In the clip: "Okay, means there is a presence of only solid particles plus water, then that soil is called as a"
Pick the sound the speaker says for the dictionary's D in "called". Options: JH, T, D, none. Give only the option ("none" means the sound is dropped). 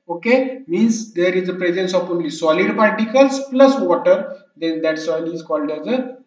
D